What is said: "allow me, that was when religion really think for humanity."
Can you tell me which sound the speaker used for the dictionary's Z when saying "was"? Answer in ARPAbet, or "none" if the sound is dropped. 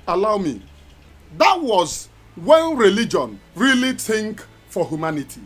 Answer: Z